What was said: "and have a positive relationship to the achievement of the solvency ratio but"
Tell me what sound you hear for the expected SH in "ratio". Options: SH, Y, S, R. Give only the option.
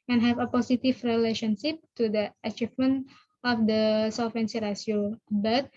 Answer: S